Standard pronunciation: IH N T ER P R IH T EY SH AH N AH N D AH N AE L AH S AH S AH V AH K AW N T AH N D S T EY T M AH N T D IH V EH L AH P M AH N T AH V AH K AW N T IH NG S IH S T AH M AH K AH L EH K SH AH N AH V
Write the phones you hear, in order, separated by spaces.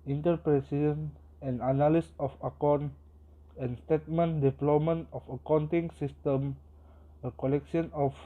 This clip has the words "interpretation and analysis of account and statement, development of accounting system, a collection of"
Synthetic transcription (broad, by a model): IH N T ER P R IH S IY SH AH N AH N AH N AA L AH S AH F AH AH K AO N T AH N S T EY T M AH N D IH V L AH M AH N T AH F AH K AW N T IH NG S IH S T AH M AH K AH L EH K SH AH N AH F